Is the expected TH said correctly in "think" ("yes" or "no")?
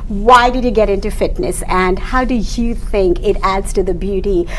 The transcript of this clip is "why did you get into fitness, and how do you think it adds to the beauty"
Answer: yes